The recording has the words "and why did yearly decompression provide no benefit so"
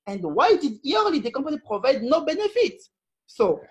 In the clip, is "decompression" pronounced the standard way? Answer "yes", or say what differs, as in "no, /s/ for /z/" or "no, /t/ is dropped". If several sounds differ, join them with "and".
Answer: no, /ɹ/ is dropped